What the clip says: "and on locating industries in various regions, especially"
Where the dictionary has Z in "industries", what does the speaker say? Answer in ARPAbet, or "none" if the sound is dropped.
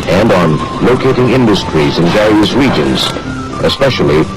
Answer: Z